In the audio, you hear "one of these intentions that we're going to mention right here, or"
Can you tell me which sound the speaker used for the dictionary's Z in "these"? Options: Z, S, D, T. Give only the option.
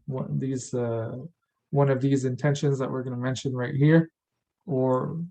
Z